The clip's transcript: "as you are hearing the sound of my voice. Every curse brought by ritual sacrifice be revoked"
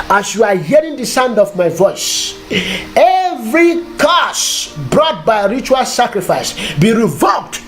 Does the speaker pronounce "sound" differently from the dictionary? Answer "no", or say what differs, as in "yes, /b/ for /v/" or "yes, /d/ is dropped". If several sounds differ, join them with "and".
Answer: no